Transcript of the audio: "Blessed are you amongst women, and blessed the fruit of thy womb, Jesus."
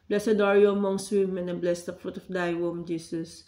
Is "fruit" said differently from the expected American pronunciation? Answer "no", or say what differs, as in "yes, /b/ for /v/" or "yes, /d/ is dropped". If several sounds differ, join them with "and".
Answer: no